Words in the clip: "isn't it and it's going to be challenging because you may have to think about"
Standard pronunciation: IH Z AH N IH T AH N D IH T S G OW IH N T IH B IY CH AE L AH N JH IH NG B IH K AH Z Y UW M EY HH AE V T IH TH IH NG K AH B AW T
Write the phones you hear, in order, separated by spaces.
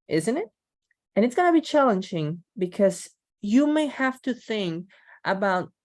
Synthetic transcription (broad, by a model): IH Z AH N IH T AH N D IH T S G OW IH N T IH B IY CH AE L AH N JH IH NG B IH K AH Z Y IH M EY HH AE F T IH TH IH NG K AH B AW T